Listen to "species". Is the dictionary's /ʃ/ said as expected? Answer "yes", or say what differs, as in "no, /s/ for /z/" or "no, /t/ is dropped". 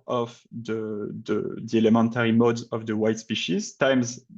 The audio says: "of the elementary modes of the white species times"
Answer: yes